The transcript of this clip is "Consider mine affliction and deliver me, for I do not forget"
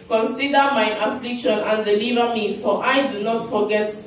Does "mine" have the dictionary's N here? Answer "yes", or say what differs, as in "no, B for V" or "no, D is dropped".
no, N is dropped